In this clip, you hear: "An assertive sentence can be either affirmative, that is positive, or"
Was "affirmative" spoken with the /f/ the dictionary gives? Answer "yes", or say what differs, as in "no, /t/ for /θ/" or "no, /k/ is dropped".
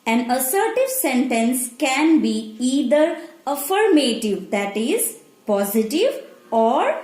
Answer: yes